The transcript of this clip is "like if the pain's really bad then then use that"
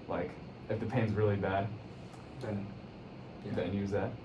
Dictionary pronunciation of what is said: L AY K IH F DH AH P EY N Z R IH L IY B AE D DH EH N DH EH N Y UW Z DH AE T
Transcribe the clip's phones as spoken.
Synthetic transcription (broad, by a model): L AY K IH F DH AH P EY N Z R IH L IY B AE D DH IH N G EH N Y UW Z DH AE T